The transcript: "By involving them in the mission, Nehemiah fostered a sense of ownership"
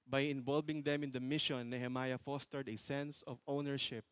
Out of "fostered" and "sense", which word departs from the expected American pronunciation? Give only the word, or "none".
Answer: none